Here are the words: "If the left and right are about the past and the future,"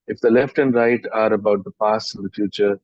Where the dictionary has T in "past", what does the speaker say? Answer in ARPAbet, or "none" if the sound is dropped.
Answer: none